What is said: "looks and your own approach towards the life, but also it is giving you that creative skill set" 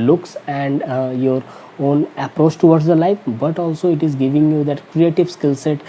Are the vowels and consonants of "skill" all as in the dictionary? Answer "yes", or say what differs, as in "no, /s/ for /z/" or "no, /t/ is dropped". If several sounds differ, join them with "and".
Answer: yes